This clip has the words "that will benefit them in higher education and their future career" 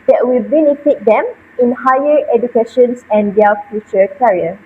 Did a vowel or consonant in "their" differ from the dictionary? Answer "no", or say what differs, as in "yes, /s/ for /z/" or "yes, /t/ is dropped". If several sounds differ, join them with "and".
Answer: yes, /l/ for /ɹ/